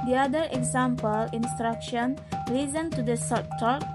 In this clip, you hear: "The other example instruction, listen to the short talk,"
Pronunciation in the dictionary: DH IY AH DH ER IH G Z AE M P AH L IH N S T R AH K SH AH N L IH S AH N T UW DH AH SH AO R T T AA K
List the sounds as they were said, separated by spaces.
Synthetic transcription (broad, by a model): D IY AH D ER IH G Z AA M P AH L IH N S T R AH K SH AH N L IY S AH N T UW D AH S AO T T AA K